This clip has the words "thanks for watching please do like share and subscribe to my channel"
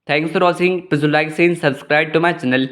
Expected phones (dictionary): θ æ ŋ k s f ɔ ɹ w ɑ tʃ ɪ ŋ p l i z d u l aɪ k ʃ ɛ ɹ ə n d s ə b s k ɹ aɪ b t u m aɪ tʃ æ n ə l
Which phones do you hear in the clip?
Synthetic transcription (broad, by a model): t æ ŋ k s f ɔ ɹ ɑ s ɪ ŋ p i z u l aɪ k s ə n s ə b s k ɹ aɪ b t u m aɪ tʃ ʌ n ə l